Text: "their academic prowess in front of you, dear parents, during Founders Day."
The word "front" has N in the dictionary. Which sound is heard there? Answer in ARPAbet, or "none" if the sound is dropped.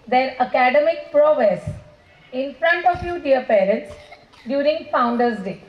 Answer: N